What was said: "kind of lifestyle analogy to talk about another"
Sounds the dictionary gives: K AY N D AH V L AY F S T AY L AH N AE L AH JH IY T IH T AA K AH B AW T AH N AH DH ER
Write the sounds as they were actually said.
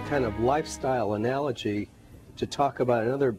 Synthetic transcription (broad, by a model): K AY N D AH V L AY F S T AY L AH N AE L AH JH IY T IH T AA K AH B AW T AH N AH DH ER